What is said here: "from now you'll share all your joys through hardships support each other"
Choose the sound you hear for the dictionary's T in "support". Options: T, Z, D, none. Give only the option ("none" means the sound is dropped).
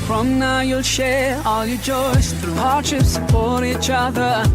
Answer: none